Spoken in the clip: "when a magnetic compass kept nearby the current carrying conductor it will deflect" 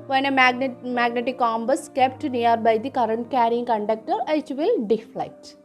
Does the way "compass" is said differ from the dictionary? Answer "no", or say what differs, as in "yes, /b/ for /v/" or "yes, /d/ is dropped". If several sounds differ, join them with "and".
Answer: yes, /b/ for /p/